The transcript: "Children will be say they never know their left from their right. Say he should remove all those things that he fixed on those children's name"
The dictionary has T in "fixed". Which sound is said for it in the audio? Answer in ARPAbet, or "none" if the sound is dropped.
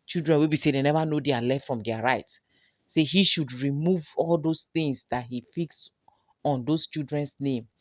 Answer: none